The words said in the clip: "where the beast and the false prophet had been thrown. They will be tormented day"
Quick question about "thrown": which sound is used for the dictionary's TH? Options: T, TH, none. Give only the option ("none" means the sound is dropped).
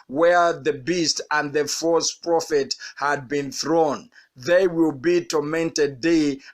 TH